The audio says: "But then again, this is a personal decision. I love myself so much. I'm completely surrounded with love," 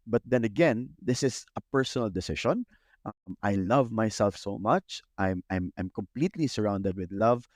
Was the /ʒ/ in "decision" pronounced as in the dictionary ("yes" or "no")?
no